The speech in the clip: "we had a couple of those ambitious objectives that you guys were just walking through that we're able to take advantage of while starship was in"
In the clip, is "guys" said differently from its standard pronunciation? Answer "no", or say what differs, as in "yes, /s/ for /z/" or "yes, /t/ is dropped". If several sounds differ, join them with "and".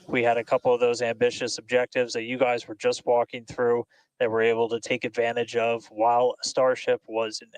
no